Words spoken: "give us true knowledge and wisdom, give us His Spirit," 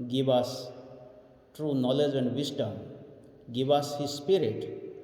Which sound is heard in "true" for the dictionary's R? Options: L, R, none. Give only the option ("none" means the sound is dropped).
R